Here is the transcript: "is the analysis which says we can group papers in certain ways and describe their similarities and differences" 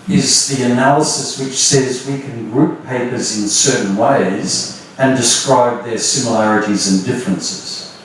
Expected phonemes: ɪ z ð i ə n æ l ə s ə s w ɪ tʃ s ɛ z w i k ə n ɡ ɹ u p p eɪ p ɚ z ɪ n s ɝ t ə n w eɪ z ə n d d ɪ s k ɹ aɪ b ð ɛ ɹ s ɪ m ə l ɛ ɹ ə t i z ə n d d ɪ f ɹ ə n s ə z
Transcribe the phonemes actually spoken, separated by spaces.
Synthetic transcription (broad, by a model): ɪ z ð i ə n æ l ə s ə s w ɪ tʃ s ɛ z w i k ə n ɡ ɹ u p p eɪ p ɚ z ɪ n s ɝ t n w eɪ z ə n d d ɪ s k ɹ aɪ b ð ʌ ɹ s ɪ m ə l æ ɹ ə t i z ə n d d ɪ f ɹ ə n s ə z